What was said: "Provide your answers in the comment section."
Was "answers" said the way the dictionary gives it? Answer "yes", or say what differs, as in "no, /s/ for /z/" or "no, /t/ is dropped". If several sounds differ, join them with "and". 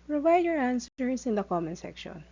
no, /s/ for /z/